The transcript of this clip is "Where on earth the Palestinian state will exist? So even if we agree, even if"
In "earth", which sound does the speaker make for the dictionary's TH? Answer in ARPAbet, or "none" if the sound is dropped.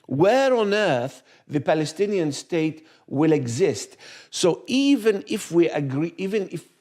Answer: TH